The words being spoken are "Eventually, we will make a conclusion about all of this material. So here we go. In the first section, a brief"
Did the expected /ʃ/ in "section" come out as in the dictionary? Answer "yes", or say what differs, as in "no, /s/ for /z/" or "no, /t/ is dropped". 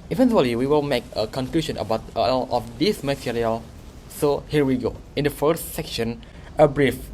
yes